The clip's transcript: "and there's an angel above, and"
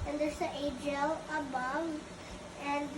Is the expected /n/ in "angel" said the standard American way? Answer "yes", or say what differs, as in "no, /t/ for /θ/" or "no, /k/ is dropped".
no, /n/ is dropped